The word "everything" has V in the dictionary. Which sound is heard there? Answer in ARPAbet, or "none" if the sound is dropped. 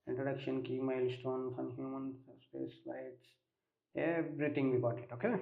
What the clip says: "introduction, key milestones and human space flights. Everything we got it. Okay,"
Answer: B